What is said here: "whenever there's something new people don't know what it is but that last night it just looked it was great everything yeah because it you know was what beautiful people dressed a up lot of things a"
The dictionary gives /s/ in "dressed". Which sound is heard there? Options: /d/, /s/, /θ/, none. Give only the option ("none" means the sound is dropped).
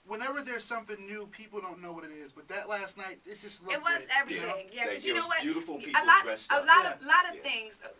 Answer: none